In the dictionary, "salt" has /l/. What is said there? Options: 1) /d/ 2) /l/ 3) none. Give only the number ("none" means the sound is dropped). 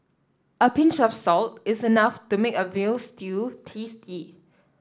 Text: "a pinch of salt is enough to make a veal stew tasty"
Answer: 2